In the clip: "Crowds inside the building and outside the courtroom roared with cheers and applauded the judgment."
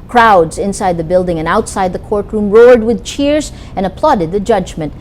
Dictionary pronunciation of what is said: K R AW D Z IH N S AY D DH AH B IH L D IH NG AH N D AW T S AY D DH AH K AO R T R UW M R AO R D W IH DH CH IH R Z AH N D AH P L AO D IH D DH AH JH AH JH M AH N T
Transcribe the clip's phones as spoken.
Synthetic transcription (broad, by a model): K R AW D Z IH N S AY D DH AH B IH L D IH NG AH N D AW T S AY D DH AH K AO R T R UW M R AO R D W IH DH CH IH R Z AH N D AH P L AO D IH D DH AH JH AH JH M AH N T